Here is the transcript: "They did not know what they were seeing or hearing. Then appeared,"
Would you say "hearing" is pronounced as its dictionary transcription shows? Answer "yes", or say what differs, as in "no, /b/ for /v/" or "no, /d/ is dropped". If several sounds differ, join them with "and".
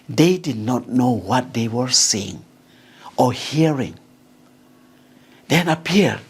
yes